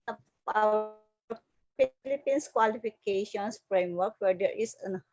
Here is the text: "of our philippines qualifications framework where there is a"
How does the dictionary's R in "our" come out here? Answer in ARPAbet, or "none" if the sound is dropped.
W